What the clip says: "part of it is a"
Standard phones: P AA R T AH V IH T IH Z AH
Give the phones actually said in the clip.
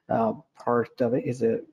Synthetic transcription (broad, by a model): P AA R T AH V IH T IH Z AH